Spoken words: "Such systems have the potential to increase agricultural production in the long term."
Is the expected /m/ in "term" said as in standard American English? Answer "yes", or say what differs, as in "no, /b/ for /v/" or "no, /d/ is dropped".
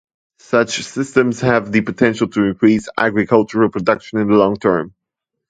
yes